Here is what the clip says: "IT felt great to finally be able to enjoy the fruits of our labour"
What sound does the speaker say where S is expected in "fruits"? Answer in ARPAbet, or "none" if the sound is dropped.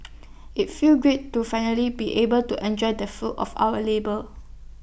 none